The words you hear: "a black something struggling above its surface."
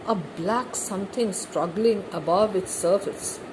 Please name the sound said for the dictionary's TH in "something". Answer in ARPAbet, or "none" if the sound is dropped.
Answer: T